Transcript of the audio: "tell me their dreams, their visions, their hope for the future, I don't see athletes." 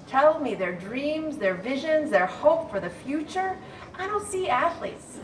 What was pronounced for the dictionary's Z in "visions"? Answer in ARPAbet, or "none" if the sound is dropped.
Z